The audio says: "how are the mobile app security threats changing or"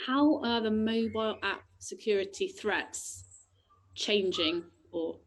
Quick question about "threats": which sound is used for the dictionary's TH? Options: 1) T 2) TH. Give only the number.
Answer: 2